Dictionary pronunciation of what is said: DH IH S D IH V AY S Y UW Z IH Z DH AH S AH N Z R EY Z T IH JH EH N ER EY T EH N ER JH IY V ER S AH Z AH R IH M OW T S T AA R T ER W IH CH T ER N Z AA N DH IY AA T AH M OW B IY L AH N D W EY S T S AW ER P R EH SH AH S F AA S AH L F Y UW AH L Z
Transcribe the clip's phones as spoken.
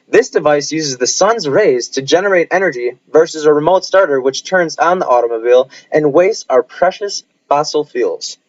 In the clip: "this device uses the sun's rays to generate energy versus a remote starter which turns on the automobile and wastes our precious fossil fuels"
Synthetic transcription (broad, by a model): DH IH S D IH V AY S Y UW Z IH Z DH AH S AH N Z R EY Z T IH JH EH N ER EY T EH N ER JH IY V ER S AH Z AH R IH M OW T S T AA R T ER W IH CH T ER N Z AA N DH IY AA T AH M OW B IY L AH N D W EY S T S AW ER P R EH SH AH S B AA S L F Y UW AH L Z